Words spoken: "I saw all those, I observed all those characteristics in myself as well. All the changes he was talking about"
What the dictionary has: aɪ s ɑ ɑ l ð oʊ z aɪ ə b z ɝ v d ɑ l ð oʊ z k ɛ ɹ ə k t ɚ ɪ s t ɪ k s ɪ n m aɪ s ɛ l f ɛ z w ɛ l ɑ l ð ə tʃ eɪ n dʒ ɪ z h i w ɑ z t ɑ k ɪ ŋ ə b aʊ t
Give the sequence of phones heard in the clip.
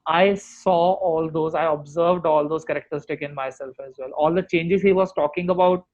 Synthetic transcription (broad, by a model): aɪ s ɑ ɑ l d oʊ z aɪ ə b z ɝ v d ɑ l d oʊ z k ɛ ɹ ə k t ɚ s t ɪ k ɪ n m aɪ s ɛ l f ɛ z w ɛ l ɑ l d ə tʃ eɪ n dʒ ɪ z h i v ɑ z t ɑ k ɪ ŋ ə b aʊ t